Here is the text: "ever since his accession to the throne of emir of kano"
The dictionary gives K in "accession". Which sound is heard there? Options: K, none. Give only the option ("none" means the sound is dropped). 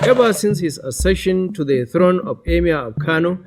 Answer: none